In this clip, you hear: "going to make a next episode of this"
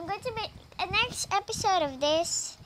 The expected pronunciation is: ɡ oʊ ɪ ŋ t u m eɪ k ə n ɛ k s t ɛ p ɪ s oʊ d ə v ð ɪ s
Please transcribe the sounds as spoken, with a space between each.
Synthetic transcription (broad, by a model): ɡ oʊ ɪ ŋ t u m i ə n ɛ k s t ɛ p ɪ s oʊ d ə v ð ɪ s